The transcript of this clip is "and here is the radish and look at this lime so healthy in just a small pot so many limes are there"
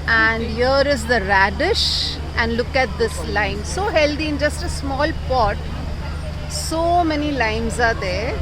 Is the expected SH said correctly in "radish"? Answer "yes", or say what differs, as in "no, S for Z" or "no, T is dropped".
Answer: yes